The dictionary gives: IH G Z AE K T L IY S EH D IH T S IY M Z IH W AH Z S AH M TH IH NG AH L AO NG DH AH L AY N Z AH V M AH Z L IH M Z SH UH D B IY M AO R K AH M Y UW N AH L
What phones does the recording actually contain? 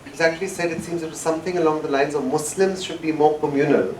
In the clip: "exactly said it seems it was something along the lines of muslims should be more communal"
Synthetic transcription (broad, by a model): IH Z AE K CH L IY S EH D IH T S IY M Z IH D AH S AH M TH IH NG AH L AO NG DH AH L AY N Z AH V M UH S L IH M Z SH UH D B IY M AO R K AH M Y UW N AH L